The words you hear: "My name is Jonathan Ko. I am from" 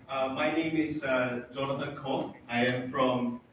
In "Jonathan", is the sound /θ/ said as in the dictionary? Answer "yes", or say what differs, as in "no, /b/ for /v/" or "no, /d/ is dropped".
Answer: no, /t/ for /θ/